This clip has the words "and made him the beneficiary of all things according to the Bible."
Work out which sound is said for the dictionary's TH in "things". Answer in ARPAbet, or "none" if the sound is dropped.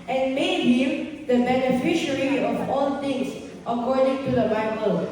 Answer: T